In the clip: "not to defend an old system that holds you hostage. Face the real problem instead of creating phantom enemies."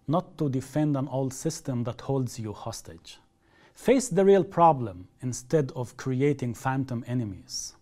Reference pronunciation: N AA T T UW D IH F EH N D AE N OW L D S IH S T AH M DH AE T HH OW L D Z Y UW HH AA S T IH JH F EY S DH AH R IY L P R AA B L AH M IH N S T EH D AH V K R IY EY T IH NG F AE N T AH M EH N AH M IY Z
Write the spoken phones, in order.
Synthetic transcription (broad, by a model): N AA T T UW D IH F EH N D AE N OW L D S IH S T AH M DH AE T HH OW L D Z Y UW HH AA S T IH JH F EY S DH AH R IY L P R AA B L AH M IH N S T EH D AH V K R IY EY T IH NG F AE N T AH M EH N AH M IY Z